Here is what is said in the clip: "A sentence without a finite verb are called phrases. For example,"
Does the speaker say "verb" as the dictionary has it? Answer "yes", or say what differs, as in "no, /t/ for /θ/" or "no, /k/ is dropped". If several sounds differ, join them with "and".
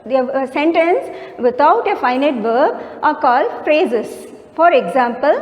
yes